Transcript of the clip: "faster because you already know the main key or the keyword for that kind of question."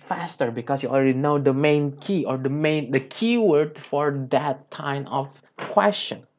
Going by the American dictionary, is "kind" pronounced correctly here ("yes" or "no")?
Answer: no